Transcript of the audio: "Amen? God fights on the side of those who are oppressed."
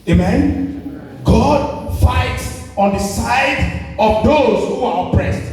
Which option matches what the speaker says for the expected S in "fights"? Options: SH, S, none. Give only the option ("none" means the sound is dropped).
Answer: S